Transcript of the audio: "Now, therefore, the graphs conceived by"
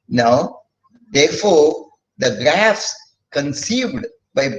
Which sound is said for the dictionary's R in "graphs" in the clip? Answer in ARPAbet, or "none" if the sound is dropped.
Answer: R